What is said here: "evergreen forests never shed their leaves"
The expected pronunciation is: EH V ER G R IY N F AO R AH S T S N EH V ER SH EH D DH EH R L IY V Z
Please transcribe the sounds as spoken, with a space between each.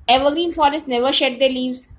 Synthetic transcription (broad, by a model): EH V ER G R IY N F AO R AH S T N EH V ER SH EH D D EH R L IY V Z